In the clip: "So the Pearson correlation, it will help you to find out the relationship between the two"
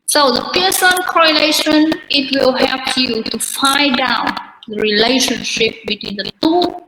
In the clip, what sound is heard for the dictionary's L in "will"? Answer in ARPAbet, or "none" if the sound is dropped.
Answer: L